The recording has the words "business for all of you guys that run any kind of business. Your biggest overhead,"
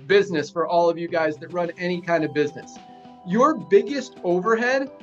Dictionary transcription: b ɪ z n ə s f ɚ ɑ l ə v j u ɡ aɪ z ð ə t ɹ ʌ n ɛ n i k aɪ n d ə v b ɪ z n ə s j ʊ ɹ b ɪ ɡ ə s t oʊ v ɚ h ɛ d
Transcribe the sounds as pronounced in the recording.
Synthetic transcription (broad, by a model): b ɪ z n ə s f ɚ ɑ l ə v j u ɡ aɪ z ð ə t ɹ ʌ n ɛ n i k aɪ n d ə v b ɪ z n ə s j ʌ ɹ b ɪ ɡ ə s t oʊ v ɚ h ɛ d